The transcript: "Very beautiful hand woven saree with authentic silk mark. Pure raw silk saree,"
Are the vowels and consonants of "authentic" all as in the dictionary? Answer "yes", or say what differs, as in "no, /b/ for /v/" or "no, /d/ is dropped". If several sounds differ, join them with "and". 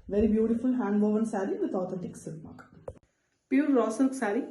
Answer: no, /t/ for /θ/